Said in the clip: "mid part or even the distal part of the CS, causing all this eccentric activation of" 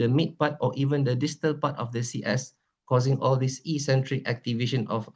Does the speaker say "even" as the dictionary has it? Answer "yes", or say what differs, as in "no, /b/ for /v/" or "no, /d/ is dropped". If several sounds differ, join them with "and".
yes